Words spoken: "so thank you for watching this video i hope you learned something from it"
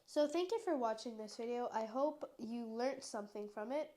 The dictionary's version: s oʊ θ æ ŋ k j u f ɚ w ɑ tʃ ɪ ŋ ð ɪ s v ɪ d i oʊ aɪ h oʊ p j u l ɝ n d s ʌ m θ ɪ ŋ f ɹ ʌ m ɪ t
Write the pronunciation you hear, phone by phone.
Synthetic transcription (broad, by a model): s oʊ θ æ ŋ k j u f ɚ w ɑ tʃ ɪ ŋ ð ɪ s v ɪ d i oʊ aɪ h oʊ p j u l ɝ n s ʌ m θ ɪ ŋ f ɹ ʌ m ɪ t